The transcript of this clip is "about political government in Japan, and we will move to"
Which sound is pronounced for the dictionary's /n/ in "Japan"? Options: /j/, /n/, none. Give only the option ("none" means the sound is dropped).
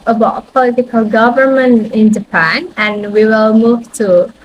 /n/